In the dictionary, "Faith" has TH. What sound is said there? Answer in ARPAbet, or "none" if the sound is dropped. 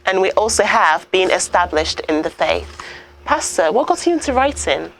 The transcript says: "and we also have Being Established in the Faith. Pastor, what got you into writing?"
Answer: TH